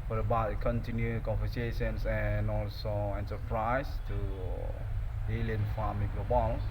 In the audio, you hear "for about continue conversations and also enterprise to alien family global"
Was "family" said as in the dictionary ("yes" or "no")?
no